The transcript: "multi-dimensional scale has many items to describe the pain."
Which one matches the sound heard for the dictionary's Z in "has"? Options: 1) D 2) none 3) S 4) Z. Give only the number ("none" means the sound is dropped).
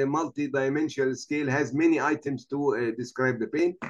4